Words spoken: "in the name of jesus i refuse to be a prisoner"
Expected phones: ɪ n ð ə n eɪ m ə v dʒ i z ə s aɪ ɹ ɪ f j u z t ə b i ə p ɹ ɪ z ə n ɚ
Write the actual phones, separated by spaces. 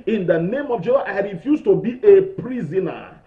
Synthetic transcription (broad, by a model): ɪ n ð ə n eɪ m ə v dʒ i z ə aɪ ɹ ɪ f j u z t ə b i ə p ɹ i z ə n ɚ